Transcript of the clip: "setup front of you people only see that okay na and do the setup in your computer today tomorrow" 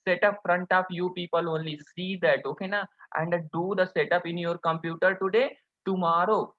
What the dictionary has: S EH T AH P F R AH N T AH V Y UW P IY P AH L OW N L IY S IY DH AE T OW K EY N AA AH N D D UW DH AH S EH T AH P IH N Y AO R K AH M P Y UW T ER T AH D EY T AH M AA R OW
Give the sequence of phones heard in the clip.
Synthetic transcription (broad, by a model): S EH T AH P F R AH N T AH P Y UW P IY P AH L OW N L IY S IY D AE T OW K EY N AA AH N D D UW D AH S EH T AH P IH N Y AO R K AH M P Y UW T ER T AH D EY T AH M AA R OW